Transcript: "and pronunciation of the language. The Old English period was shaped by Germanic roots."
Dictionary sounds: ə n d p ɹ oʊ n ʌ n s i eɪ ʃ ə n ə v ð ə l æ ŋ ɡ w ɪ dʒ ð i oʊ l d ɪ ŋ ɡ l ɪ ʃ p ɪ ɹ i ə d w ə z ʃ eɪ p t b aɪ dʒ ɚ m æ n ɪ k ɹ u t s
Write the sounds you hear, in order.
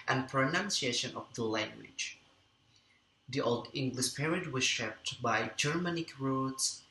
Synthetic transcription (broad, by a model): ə n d p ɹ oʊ n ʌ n s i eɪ ʃ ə n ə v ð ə l æ ŋ ɡ w ɪ dʒ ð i oʊ l d ɪ ŋ ɡ l ɪ ʃ p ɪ ɹ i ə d w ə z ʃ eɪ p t b aɪ dʒ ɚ m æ n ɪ k ɹ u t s